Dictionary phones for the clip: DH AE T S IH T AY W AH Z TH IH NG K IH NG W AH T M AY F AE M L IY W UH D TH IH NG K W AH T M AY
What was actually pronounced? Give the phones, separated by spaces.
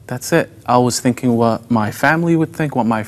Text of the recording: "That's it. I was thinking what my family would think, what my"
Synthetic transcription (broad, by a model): DH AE T S IH T AY W AH Z TH IH NG K IH NG W AH T M AY F AE M L IY W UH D TH IH NG K W AH T M AY